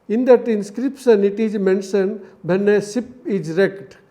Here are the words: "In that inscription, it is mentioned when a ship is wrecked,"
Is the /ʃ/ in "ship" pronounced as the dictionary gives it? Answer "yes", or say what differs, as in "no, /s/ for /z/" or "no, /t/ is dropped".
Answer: no, /s/ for /ʃ/